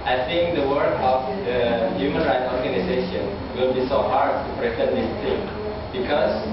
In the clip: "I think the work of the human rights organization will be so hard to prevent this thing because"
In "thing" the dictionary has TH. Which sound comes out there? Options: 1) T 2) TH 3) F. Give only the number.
1